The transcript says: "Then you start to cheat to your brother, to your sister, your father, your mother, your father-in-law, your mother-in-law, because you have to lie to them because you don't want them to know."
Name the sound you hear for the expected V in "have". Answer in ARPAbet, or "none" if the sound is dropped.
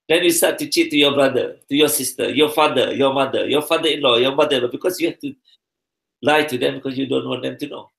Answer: F